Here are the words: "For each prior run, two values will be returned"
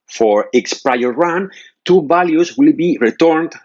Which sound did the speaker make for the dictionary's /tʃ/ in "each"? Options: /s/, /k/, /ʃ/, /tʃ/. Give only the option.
/s/